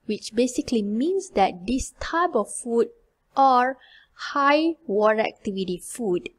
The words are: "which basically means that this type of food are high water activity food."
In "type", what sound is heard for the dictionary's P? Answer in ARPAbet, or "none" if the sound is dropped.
B